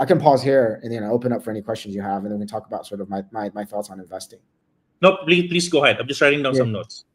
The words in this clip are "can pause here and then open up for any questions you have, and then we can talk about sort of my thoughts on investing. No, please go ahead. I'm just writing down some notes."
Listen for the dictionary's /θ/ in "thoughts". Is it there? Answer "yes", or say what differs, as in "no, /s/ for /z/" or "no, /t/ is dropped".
yes